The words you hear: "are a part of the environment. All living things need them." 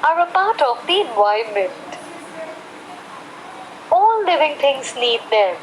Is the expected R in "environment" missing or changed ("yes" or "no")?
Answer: yes